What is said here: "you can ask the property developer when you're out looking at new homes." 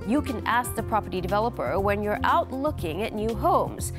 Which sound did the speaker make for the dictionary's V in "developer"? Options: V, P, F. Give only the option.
V